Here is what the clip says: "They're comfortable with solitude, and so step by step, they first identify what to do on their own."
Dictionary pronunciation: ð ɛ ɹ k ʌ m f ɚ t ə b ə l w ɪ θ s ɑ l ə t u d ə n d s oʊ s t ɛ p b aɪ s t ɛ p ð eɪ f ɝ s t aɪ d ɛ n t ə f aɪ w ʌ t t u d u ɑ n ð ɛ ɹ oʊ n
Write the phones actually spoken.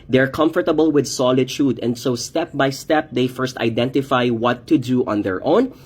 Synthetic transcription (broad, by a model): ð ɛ ɹ k ʌ m f ɚ t ə b ə l w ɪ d s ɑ l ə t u d ə n d s oʊ s t ɛ p b aɪ s t ɛ p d eɪ f ɝ s t aɪ d ɛ n t ə f aɪ w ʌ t t u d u ɑ n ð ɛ ɹ oʊ n